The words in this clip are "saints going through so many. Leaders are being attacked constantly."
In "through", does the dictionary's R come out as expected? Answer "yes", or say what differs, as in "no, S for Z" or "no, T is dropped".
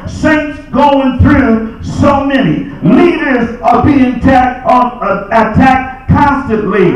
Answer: yes